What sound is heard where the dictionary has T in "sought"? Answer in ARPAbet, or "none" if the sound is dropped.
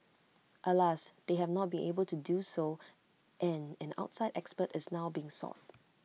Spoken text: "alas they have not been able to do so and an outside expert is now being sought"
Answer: T